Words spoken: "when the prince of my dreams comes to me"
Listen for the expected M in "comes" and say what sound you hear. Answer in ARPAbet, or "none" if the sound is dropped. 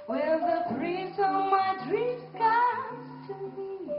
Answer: none